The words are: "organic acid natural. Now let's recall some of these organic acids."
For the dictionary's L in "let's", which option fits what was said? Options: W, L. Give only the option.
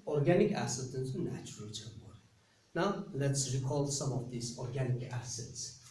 L